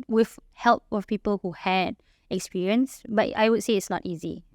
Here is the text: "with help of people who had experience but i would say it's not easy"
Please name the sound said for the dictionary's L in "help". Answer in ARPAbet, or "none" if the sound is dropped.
L